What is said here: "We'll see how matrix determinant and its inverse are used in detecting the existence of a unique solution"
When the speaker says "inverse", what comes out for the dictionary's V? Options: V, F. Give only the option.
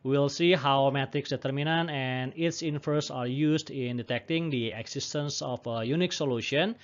F